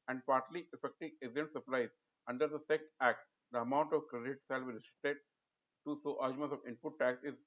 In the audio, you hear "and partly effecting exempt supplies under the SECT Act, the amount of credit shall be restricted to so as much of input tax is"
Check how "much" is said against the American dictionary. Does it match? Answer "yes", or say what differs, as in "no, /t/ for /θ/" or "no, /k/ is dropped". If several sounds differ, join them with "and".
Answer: no, /s/ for /tʃ/